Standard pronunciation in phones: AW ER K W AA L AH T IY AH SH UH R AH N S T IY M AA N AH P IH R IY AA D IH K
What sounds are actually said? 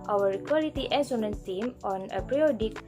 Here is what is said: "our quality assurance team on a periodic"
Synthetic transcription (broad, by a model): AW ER K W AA L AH T IY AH S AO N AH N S T IY M AA N AH P R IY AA D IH K